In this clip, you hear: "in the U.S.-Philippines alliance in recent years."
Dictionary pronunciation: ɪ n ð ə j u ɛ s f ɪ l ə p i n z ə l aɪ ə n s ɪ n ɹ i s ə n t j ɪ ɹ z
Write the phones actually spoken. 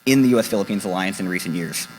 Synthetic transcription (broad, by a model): ɪ n ð ə j u ɛ s f ɪ l ə p i n z ə l aɪ ə n s ɪ n ɹ i s ə n t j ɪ ɹ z